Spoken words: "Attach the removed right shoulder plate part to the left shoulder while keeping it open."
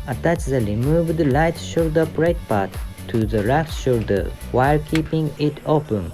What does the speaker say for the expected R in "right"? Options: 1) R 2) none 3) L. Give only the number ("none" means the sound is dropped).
3